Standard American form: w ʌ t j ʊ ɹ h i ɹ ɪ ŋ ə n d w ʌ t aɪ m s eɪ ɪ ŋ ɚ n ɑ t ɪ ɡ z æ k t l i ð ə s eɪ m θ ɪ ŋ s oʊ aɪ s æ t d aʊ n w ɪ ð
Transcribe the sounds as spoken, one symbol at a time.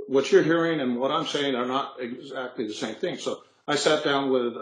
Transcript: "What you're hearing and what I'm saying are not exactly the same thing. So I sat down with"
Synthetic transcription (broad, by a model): w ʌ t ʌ ɹ h i ɹ ɪ ŋ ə n w ʌ t aɪ m s eɪ ɪ ŋ ɚ n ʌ t ɪ ɡ z æ k t l i ð ə s eɪ m θ ɪ ŋ s oʊ aɪ s æ t d aʊ n w ɪ ð